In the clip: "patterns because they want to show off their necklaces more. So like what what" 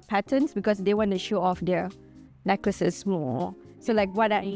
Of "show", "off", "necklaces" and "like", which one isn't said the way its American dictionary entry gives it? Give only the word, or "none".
necklaces